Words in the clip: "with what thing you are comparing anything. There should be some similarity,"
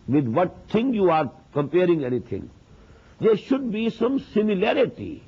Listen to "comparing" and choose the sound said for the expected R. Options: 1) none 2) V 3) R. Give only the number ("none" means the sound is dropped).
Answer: 3